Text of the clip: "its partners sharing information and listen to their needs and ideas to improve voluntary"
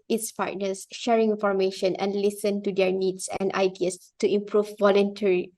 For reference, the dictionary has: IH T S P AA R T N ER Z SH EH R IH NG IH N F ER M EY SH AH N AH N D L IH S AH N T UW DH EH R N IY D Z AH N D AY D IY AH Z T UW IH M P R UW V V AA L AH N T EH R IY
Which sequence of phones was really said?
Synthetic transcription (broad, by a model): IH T S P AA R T N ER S SH EH R IH NG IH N F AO M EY SH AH N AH N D L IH S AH N T UW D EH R N IY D S AH N D AY D IY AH S T UW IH M P R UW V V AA L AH N T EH R IY